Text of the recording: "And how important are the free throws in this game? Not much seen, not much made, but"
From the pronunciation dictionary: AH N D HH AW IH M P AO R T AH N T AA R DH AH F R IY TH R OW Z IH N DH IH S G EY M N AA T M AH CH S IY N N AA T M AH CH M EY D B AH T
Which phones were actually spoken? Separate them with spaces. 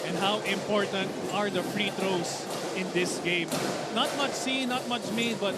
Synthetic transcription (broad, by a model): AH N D HH AW IH M P AO R T AH N T AA R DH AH F R IY T R OW S IH N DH IH S G EY M N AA T M AH CH S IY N N AA T M AH CH M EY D B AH T